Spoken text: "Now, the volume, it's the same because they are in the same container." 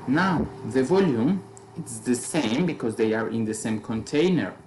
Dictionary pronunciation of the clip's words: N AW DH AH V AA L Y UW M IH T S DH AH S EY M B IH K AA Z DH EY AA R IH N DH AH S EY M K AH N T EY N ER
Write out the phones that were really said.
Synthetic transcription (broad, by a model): N AW DH AH V AA L Y UW M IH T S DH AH S EY M B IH K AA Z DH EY AA R IH N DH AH S EY M K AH N T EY N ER